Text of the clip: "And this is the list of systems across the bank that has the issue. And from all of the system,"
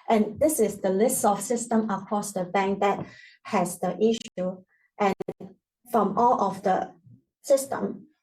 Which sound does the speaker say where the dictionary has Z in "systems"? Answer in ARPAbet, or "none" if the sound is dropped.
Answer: none